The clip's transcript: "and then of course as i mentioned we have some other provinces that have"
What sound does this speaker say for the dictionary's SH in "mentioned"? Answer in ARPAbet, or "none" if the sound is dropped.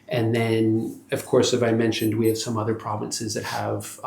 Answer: SH